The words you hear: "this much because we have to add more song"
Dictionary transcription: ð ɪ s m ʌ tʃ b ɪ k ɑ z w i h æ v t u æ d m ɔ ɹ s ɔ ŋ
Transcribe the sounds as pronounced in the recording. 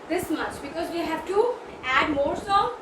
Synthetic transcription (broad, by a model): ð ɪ s m ʌ tʃ b ɪ k ɑ z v i h æ v t u æ d m ɔ ɹ s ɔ